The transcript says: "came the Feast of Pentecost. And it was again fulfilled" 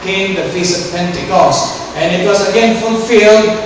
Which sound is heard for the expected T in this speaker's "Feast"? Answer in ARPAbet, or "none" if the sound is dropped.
none